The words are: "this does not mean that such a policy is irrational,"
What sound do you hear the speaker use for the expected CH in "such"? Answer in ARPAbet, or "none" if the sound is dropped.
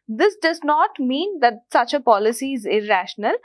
CH